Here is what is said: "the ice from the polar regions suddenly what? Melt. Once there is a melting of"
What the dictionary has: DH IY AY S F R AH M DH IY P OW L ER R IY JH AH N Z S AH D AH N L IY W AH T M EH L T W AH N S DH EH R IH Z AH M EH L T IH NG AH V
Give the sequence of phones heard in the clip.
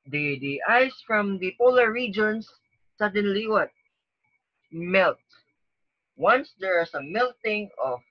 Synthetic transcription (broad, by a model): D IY AY S F R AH M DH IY P OW L ER R IY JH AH N S AH D AH N L IY W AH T M EH L T W AH N S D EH R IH S AH M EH L T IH NG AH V